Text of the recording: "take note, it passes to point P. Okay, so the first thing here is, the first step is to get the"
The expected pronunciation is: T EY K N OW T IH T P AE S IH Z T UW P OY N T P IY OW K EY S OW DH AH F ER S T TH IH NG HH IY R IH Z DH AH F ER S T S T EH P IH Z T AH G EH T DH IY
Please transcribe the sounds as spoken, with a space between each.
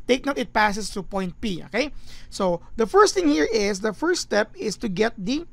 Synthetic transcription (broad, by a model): T EY K N OW T IH T P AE S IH S T UW P OY N T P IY OW K EY S OW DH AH F ER S T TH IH NG HH IY R IH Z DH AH F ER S S T EH P IH S T AH G EH T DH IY